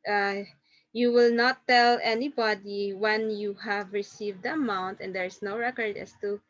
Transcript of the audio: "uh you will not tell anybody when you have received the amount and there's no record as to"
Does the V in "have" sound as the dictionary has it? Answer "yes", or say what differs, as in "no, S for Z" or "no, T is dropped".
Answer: yes